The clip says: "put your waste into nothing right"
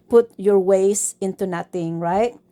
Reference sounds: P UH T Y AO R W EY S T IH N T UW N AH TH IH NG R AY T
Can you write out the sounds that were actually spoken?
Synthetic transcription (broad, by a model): P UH T Y AO R W EY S IH N T UW N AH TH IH NG R AY T